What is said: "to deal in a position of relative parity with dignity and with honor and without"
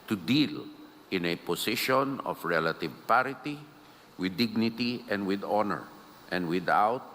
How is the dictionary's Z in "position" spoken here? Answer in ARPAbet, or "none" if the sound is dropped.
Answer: S